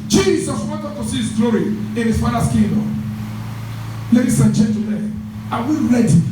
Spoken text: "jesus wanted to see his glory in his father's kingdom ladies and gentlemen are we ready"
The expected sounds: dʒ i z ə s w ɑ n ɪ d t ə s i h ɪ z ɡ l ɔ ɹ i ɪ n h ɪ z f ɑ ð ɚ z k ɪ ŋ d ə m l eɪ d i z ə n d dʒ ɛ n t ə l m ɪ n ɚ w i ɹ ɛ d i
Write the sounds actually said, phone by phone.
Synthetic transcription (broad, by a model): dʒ i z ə s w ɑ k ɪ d t ə s i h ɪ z ɡ l ɔ ɹ i ɪ n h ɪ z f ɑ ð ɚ s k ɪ d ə l eɪ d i s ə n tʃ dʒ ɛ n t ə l ɪ ɑ w i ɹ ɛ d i